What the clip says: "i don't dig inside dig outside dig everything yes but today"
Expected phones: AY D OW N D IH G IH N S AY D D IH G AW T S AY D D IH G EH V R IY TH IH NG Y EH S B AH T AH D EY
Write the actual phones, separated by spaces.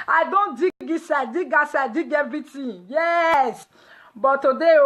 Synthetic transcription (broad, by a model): AY D OW N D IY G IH S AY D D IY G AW S AY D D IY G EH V R IY T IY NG Y EH S B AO T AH D EY